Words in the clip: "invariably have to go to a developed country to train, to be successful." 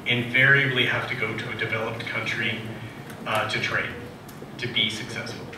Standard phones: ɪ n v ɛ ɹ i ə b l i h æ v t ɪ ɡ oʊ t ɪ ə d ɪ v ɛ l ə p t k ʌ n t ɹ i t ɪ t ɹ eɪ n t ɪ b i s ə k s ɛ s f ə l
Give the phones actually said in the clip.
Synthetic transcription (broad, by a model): ɪ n v ɛ ɹ i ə b l i h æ f t ɪ ɡ oʊ t ɪ ə d ɪ v ɛ l ə p t k ʌ n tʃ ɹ i t ɪ t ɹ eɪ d t ɪ b i s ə k s ɛ s f l